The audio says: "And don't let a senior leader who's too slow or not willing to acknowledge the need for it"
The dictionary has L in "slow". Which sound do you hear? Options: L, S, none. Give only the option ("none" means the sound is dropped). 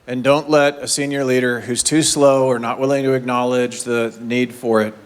L